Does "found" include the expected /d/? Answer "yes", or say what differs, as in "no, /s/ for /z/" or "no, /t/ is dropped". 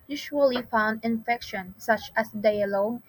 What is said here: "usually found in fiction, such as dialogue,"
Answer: yes